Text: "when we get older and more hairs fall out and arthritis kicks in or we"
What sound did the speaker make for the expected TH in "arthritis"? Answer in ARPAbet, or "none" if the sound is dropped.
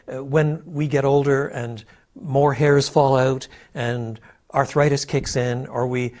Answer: TH